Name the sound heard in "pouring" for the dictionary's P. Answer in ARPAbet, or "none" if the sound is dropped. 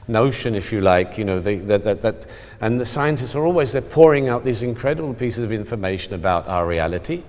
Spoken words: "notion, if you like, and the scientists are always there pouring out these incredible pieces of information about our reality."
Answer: P